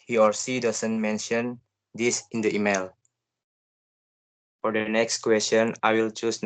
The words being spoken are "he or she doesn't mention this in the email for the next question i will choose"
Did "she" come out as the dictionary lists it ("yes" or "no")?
no